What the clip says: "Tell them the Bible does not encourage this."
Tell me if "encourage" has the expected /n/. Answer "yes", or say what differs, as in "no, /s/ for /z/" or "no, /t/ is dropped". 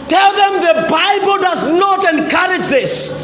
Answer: yes